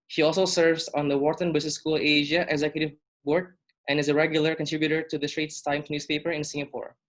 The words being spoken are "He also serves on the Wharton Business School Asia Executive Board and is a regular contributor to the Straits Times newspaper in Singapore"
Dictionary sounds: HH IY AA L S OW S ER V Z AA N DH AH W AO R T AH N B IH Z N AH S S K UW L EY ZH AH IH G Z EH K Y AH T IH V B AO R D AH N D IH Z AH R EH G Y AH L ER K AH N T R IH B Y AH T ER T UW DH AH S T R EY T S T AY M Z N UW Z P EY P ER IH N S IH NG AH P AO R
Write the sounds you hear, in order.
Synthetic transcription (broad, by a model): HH IY AA L S OW S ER V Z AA N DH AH W AO R T AH N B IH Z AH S S K UW L EY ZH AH IH G Z EH K Y AH T IH V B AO R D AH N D IH Z AH R EH G Y AH L ER K AH N T R IH B Y AH T ER T UW DH AH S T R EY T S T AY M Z N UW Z P EY P ER IH N S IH NG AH P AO R